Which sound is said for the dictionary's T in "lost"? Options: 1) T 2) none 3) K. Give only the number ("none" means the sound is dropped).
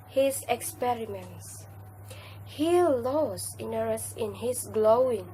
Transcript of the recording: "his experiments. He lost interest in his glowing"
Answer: 2